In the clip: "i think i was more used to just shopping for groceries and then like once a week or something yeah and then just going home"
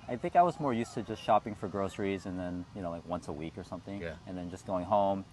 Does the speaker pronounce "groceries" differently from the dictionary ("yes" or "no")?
no